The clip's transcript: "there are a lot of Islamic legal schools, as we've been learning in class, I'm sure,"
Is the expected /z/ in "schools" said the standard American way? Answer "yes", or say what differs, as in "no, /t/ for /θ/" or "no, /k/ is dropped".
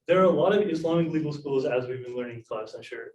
yes